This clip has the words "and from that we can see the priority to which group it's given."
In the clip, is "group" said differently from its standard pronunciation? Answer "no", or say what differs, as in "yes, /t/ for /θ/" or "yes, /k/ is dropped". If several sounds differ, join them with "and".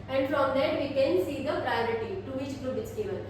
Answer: yes, /b/ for /p/